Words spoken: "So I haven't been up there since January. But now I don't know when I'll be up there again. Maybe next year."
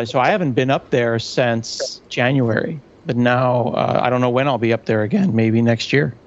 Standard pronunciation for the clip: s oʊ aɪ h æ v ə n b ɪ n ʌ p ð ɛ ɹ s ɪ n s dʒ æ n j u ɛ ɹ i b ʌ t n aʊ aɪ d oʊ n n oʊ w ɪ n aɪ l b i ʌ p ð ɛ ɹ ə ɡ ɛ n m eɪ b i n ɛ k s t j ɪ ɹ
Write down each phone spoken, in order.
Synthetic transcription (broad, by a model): s oʊ aɪ h æ v ə n b ɪ n ʌ p ð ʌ ɹ s ɪ n s dʒ æ n j u ɛ ɹ i b ʌ t n aʊ aɪ d oʊ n n oʊ w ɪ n aɪ l b i ʌ p ð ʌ ɹ ə ɡ ɛ n m eɪ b i n ɛ k s t j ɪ ɹ